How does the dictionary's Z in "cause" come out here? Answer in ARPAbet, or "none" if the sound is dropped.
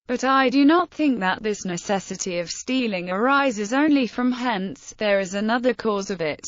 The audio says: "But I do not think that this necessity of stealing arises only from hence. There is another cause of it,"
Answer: Z